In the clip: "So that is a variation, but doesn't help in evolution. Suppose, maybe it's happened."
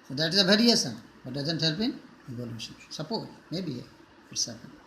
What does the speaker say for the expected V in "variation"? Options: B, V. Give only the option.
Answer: B